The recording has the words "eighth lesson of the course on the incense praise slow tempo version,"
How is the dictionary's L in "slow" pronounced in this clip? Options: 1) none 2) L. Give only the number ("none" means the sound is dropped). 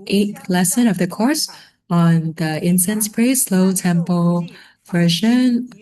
2